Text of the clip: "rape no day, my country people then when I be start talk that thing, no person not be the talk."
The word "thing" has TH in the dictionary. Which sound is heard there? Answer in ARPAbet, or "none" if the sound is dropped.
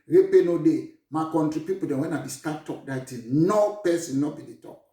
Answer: T